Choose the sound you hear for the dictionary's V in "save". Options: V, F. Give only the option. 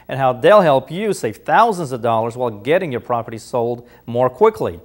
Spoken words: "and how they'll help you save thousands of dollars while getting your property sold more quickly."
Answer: F